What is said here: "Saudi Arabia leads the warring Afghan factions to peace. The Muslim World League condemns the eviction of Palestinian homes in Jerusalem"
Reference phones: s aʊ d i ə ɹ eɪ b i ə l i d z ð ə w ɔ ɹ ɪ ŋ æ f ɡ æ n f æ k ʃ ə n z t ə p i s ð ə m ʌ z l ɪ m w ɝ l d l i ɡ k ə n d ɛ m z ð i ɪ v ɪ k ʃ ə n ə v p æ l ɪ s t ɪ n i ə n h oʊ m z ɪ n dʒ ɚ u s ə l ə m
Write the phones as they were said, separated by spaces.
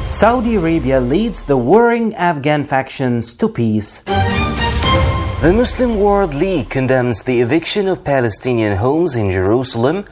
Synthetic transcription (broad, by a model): s aʊ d i ə ɹ eɪ b i ə l i d z ð ə w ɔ ɹ ɪ ŋ æ f ɡ æ n f æ k ʃ ə n z t ə p i s ð ə m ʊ s l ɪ m w ɝ l d l i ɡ k ə n d ɛ m z ð i ɪ v ɪ k ʃ ə n ə v p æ l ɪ s t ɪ n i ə n h oʊ m z ɪ n dʒ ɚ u s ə l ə m